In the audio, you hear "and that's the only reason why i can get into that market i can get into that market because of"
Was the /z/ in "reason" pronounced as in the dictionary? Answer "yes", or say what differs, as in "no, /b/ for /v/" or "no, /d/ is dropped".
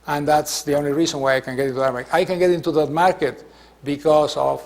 no, /s/ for /z/